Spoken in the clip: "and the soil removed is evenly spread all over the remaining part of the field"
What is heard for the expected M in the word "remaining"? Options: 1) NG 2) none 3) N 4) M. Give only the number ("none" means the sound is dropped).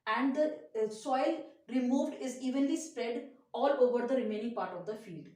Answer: 4